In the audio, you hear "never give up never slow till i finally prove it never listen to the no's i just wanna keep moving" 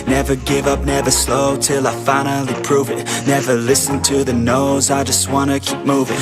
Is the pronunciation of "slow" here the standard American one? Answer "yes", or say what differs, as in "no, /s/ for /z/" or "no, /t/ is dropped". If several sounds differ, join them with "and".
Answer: yes